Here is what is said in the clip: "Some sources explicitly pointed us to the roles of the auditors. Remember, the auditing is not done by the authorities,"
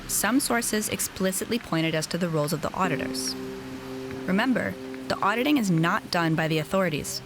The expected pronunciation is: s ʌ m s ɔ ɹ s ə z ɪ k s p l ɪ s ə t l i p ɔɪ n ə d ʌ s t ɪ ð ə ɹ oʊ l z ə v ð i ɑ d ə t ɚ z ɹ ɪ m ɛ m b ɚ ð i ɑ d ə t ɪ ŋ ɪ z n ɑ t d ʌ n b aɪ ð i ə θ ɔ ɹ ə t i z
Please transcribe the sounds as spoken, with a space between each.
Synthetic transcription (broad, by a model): s ʌ m s ɔ ɹ s ə z ɪ k s p l ɪ s ə t l i p ɔɪ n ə d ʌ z t ɪ ð ə ɹ oʊ l z ə v ð i ɑ d ə t ɚ z ɹ ɪ m ɛ m b ɚ ð i ɑ d ə t ɪ ŋ ɪ z n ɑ t d ʌ n b aɪ ð i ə θ ɔ ɹ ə t i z